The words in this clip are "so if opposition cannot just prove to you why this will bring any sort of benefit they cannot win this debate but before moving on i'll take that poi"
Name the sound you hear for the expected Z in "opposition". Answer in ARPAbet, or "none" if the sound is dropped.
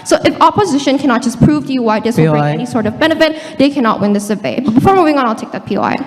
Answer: Z